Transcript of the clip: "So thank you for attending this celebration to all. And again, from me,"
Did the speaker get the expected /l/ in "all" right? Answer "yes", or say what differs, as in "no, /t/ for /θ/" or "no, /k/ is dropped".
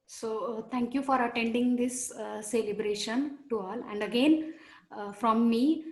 yes